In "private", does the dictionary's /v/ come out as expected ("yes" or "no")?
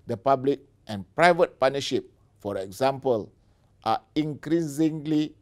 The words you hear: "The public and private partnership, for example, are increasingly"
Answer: yes